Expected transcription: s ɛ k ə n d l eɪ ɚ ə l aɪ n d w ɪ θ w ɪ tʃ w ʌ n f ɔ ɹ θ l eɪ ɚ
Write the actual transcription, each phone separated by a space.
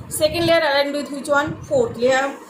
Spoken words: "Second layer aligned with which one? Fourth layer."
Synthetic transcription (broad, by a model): s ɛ k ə n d l eɪ ɚ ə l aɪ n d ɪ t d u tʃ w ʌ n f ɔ ɹ t l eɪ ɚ